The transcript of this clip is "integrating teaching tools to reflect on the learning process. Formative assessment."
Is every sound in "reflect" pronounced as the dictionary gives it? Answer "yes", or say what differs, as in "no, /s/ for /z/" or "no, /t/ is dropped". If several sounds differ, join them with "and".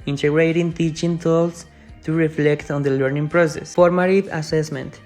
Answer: yes